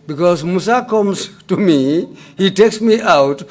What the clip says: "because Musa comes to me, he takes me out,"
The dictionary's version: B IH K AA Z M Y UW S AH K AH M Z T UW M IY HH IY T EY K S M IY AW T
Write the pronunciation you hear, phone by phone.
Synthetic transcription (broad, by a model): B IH K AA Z M UW S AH K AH M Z T UW M IY HH IY T EY K S M IY AW T